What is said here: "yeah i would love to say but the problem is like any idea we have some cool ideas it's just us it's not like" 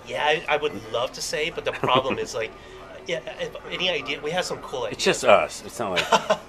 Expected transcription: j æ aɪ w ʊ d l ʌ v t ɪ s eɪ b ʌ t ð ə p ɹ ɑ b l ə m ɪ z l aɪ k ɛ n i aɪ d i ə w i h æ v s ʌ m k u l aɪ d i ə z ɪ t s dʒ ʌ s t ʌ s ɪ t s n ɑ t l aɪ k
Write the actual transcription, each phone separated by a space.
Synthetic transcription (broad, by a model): j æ aɪ w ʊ d l ʌ v t ɪ s eɪ b ʌ t ð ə p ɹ ɑ b l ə m ɪ z l aɪ k ɛ n i aɪ d i ə w i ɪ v s ʌ m k u l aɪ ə ɪ t s dʒ ʌ s t ʌ s ɪ t s n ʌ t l aɪ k